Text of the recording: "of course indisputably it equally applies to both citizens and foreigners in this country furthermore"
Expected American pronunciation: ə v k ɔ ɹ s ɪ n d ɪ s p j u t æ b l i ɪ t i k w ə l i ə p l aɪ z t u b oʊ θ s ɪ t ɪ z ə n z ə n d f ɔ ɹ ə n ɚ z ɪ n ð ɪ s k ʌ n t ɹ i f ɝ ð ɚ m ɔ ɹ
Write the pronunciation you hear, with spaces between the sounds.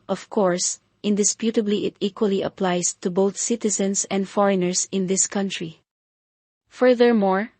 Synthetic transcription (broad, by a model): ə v k ɔ ɹ s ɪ n d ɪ s p j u t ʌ b l i ɪ t i k w ə l i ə p l aɪ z t u b oʊ θ s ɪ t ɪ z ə n s ə n d f ɔ ɹ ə n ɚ s ɪ n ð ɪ s k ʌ n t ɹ i f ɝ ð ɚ m ɔ ɹ